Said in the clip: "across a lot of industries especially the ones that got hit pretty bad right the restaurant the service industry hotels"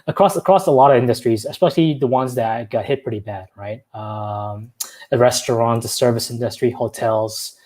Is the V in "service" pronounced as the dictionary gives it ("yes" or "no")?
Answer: yes